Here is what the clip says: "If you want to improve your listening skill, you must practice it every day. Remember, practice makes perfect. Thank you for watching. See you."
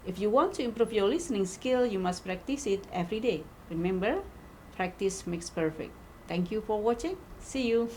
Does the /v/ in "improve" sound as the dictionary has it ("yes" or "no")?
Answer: no